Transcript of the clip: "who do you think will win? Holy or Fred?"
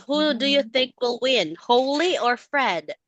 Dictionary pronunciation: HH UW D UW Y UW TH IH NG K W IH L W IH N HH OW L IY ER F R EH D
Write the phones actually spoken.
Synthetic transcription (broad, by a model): HH UW D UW Y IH TH IH NG K W IH L W IH N HH OW L IY ER F R EH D